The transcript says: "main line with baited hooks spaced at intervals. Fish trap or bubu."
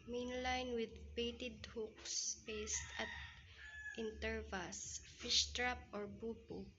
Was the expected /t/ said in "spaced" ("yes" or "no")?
yes